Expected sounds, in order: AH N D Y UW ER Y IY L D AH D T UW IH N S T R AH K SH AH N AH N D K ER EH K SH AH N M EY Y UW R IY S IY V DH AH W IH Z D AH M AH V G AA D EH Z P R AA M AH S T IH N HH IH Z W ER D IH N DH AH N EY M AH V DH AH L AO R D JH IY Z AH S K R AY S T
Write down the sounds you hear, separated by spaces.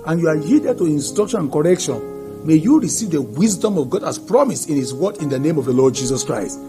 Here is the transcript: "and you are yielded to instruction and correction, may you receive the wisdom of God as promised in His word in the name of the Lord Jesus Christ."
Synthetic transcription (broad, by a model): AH N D Y UW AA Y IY D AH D T UW IH N S T R AH K SH AH N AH N K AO EH K SH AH N M EY Y UW R IY S IY V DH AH W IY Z D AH M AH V G AA D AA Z P R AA M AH S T IH N HH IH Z W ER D IH N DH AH N EY M AH V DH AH L AO D JH IY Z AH S K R AY S T